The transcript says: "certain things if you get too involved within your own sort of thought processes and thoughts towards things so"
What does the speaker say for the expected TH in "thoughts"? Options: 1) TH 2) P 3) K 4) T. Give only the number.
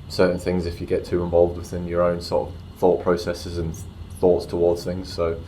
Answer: 1